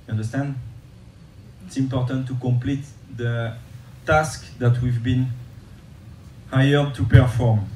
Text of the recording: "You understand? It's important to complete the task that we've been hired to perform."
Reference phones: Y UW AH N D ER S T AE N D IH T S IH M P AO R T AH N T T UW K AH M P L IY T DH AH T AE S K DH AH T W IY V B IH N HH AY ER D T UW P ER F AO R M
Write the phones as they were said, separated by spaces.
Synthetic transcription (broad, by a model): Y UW AH N D ER S T AE N D IH T S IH M P AO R T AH N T T UW K AH M P L IY T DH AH T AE S K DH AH T W IY V B IH N HH AY ER D T UW P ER F AO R M